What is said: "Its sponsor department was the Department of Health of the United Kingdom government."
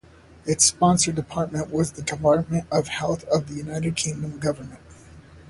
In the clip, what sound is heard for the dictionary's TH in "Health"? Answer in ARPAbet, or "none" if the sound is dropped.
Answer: TH